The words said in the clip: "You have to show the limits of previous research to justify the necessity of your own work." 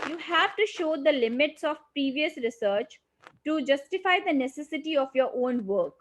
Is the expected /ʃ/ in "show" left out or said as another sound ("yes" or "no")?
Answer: no